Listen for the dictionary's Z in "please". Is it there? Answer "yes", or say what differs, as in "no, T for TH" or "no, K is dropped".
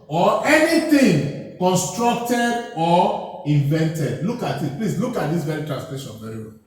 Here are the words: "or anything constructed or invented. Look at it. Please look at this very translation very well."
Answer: no, S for Z